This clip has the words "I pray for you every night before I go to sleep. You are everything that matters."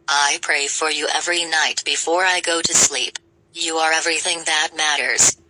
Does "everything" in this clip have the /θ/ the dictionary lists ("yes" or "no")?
yes